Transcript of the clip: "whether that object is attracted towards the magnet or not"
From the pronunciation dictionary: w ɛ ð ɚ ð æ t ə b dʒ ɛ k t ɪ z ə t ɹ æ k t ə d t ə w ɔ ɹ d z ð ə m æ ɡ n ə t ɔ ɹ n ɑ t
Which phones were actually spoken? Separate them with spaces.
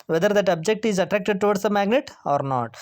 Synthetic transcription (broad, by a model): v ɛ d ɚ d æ t ə b dʒ ɛ k t ɪ z ə t ɹ æ k t ə d t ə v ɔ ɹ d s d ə m æ ɡ n ə t ɔ ɹ n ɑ t